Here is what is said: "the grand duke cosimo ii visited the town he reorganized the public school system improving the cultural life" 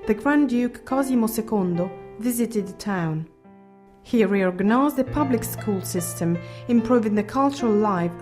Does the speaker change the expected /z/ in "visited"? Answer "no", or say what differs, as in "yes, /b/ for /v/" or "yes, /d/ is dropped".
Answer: no